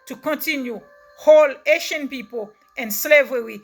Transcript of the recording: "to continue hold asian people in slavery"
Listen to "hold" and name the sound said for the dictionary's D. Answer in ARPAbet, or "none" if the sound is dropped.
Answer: none